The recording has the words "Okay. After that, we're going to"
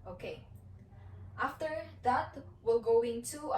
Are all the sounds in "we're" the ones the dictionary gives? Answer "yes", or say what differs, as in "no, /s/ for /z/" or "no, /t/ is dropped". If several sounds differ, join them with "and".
no, /l/ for /ɹ/